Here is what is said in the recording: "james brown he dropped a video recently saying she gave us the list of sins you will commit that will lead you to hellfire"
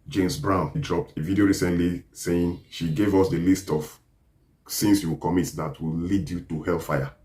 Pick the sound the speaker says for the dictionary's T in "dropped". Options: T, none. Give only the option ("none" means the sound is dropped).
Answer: T